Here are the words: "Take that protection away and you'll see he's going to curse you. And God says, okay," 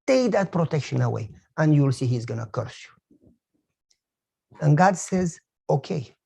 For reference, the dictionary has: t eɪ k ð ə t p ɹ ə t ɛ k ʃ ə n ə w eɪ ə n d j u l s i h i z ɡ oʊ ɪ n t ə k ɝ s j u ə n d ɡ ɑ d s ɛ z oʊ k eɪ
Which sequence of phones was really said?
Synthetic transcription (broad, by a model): t eɪ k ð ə t p ɹ ə t ɛ k ʃ ə n ə w eɪ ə n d j u l s i h i z ɡ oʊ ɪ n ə k ɝ s j u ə n ɡ ɑ d s ɛ z oʊ k eɪ